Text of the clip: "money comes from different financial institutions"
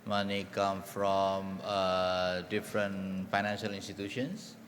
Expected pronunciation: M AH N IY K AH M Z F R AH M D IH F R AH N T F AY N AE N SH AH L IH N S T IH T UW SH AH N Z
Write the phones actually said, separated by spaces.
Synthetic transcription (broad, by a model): M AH N IY K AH M F R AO M D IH F R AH N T F AY N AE N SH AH L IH N S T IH T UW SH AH N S